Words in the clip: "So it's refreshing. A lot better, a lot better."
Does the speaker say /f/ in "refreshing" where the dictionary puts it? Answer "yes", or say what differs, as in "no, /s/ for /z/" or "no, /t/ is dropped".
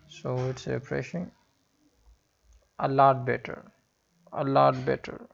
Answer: no, /p/ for /f/